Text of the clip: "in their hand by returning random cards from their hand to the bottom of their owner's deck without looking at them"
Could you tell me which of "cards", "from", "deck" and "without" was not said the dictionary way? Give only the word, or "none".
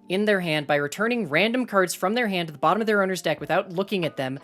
none